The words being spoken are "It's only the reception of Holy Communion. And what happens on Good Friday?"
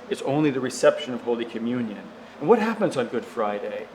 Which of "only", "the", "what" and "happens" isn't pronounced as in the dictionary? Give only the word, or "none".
none